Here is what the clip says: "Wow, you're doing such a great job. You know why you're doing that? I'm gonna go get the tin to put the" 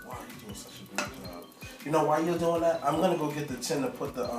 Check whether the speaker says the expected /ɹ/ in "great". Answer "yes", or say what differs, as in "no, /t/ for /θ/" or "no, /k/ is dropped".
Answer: no, /ɹ/ is dropped